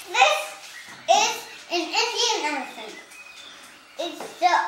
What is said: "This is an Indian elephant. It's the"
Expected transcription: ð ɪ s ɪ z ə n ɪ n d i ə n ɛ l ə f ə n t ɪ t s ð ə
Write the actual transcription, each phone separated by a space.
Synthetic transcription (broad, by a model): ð ɪ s ɪ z ə n ɪ n d i ə n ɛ n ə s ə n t ɪ t s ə